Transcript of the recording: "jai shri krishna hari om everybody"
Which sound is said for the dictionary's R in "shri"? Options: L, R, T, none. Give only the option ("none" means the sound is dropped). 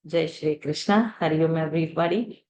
R